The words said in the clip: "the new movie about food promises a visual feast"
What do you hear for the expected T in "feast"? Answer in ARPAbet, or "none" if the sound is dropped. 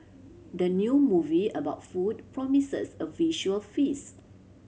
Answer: none